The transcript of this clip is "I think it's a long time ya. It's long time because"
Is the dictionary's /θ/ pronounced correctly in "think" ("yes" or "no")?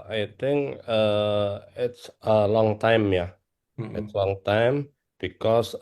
no